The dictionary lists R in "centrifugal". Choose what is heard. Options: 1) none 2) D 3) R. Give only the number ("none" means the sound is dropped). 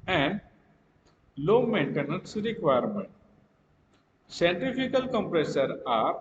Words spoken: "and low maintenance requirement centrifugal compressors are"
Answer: 1